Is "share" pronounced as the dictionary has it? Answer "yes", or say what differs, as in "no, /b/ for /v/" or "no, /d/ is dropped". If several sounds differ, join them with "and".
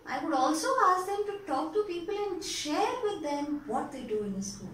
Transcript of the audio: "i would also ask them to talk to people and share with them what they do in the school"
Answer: yes